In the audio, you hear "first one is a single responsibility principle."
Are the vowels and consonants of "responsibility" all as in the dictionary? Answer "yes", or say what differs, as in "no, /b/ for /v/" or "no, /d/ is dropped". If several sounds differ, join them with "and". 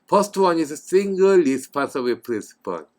no, /n/ is dropped